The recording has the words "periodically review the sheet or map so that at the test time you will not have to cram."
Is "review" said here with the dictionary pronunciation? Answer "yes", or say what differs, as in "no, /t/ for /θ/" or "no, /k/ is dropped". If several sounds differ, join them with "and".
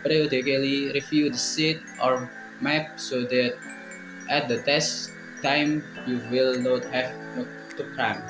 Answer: no, /f/ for /v/